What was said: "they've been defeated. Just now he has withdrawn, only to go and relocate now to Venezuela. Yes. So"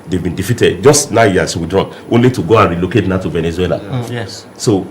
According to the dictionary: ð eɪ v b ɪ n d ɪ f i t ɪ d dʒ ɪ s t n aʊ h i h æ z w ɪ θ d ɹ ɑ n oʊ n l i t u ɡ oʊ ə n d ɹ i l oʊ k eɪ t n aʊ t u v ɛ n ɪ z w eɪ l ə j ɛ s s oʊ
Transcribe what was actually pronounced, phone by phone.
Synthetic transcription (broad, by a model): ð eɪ v b ɪ n d ɪ f i t ɪ d dʒ ɪ s t n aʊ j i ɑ s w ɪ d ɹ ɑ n oʊ n l i t u ɡ oʊ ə n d ɹ i l oʊ k eɪ t n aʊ t u v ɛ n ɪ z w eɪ l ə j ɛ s s oʊ